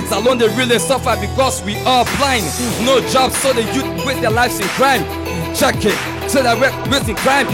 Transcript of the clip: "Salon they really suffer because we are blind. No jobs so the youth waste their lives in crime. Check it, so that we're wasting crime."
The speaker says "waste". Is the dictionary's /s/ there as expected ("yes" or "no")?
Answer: no